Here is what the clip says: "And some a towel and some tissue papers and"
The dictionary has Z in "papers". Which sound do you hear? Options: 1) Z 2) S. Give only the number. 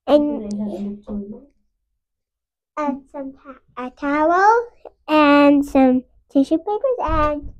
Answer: 1